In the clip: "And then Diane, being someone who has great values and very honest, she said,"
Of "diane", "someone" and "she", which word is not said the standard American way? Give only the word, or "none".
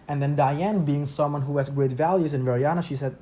none